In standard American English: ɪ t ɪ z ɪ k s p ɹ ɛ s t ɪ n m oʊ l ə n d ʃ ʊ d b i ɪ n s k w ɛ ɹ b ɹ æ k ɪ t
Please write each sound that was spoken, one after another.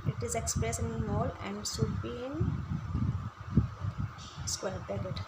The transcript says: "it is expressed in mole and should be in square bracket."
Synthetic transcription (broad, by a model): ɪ t ɪ z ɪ k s p ɹ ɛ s ɪ n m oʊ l ə n d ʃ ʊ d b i ɪ n s k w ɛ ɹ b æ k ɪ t